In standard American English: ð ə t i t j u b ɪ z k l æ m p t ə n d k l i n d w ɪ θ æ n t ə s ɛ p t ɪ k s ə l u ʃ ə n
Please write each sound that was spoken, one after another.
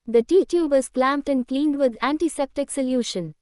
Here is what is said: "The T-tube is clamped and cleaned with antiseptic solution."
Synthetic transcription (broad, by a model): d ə t i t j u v ɪ z k l æ m p t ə n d k l i n d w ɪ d æ n t ə s ɛ p t ɪ k s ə l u ʃ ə n